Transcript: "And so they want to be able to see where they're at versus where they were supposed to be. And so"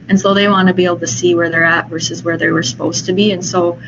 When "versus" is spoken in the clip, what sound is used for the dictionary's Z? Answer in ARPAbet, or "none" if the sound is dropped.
Z